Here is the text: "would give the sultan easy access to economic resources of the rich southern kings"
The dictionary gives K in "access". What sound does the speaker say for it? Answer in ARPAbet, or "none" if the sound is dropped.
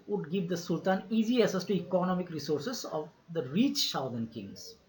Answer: none